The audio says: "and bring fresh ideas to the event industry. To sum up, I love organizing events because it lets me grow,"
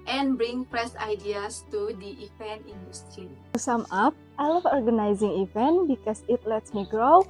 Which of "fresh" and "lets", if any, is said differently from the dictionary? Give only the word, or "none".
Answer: fresh